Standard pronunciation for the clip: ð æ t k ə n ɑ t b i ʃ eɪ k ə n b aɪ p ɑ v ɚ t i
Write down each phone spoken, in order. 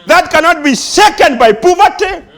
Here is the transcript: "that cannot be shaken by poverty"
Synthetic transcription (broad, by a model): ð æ t k ə n ɑ t b i s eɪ k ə n b aɪ p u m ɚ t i